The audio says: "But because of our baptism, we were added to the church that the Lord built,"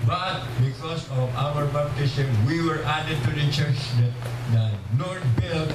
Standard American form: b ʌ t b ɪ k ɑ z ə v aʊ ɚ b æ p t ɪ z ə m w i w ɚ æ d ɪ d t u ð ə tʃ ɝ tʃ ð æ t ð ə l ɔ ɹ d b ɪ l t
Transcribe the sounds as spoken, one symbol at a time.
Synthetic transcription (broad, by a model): b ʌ t b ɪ k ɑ s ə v aʊ ɚ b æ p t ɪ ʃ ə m w i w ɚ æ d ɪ d t u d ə tʃ ɝ tʃ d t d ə n ɔ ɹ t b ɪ l